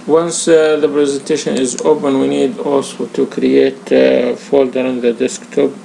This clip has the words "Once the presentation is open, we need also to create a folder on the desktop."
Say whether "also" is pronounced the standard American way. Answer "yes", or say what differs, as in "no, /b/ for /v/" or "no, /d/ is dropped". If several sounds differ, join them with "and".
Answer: yes